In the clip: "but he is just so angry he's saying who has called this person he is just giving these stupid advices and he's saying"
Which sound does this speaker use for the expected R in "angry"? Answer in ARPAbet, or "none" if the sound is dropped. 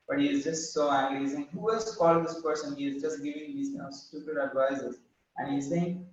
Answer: L